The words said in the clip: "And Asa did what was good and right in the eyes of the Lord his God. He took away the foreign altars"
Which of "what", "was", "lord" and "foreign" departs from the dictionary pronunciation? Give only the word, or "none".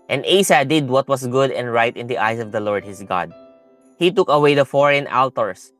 was